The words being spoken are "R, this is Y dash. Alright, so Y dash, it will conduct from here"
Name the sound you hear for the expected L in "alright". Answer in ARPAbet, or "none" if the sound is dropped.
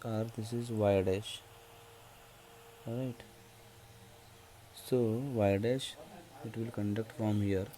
none